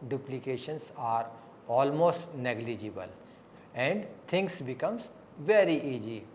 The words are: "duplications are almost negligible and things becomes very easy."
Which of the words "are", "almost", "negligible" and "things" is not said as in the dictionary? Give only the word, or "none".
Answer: things